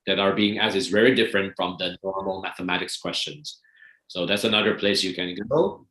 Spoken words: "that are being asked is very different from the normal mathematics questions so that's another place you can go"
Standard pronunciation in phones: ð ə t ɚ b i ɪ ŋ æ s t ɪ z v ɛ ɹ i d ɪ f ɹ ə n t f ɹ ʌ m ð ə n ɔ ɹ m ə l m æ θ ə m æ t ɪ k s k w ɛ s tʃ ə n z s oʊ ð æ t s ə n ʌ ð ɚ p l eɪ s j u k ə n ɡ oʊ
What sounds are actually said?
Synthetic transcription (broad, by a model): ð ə t ɚ b i ɪ ŋ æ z ɪ z v ɛ ɹ i d ɪ f ɹ ə n t f ɹ ʌ m ð ə n ɔ ɹ m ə l m æ θ ə m æ t ɪ k s k w ɛ s tʃ ə n z s oʊ ð æ t s ə n ʌ ð ɚ p l eɪ s j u k ə n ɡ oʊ